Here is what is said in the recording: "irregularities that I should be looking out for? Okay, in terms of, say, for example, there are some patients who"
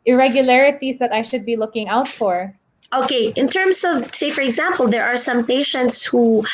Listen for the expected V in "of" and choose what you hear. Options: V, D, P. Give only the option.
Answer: V